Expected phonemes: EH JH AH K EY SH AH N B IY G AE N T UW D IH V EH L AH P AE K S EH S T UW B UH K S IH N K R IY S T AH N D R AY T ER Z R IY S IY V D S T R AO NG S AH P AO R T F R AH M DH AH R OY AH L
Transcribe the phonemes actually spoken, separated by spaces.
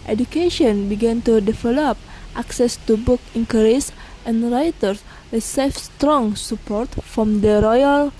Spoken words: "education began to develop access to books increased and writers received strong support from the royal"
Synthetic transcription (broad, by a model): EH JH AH K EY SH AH N B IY G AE N T UW D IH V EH L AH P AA K S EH S T UW B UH K IH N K R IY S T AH N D R AY T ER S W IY S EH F S T R AO NG S AH P AO R T F R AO M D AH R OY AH L